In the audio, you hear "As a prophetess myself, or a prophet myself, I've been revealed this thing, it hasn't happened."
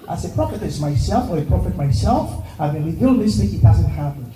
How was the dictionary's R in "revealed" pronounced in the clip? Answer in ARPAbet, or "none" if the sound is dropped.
W